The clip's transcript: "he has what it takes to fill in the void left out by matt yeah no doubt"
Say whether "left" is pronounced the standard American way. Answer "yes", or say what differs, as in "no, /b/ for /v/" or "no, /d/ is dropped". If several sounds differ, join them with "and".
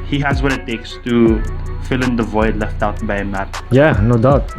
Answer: yes